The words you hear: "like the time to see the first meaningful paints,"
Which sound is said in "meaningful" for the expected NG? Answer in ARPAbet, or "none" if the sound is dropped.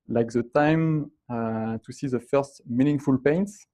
NG